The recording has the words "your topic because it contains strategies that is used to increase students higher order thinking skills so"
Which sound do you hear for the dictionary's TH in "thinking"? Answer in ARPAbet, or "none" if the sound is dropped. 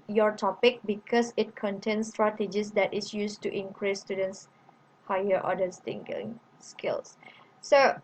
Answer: T